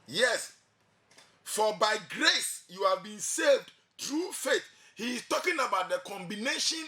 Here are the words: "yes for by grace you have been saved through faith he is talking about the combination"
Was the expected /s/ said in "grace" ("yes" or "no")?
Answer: yes